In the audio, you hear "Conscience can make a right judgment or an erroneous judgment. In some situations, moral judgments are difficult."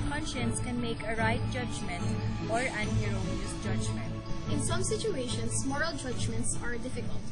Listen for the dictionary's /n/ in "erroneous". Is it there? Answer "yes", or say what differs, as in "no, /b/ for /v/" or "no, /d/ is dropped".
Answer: no, /l/ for /n/